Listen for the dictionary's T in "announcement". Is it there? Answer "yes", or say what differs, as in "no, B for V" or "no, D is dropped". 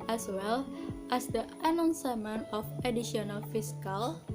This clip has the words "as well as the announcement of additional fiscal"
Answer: no, T is dropped